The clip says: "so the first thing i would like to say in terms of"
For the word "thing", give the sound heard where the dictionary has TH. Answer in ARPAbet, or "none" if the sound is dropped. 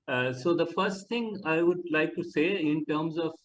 T